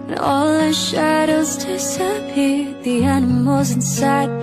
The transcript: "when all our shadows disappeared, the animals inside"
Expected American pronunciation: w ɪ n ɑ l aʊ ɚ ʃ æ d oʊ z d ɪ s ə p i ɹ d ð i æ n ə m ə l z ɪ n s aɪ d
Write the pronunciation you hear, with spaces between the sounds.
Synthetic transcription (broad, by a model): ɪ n ɑ l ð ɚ ʃ æ d oʊ z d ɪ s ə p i ð i æ n ə m ə l z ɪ n s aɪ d